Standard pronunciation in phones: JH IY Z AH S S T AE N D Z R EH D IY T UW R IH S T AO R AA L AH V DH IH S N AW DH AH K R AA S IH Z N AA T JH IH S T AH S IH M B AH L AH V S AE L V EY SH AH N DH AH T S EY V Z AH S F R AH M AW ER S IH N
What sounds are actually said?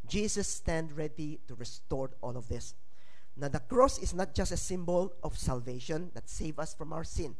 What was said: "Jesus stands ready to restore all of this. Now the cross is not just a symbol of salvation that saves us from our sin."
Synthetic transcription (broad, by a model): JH IY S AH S S T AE N D R EH D IY T UW R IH S T AO R AA L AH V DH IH S N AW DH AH K R AA S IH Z N AA T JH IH S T AH S IH M B AH L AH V S AE L V EY SH AH N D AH T S EY V AH S F R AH M AW ER S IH N